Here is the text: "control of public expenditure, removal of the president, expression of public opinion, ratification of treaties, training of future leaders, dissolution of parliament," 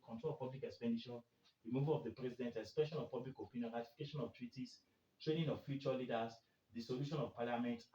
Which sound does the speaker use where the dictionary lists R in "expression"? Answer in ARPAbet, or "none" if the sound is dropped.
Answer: none